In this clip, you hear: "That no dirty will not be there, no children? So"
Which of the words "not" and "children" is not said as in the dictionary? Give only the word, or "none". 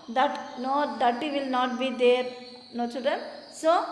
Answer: children